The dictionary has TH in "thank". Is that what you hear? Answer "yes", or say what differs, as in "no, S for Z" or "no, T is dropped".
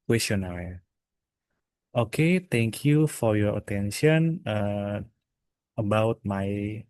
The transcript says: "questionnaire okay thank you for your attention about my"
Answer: no, T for TH